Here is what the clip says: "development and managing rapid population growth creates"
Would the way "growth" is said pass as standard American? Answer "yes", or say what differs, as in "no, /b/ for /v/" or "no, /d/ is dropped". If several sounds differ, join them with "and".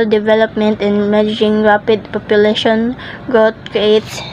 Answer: no, /t/ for /θ/